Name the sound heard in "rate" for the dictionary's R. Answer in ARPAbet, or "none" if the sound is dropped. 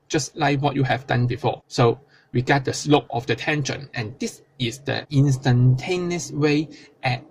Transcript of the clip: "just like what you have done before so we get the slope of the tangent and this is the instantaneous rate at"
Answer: W